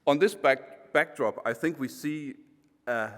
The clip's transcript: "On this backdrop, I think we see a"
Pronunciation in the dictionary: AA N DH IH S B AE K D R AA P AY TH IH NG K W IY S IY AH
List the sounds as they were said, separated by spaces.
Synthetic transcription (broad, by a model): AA N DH IH S B AE K D R AA P AY TH IH NG K W IY S IY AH